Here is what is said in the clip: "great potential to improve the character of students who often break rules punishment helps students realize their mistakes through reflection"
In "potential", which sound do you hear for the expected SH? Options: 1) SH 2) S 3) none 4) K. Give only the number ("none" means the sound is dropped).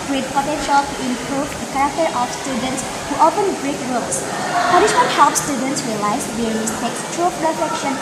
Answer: 1